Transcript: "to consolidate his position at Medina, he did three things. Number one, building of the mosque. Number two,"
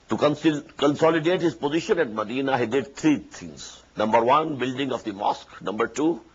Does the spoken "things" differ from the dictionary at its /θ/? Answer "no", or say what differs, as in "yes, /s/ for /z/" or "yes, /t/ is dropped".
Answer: yes, /t/ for /θ/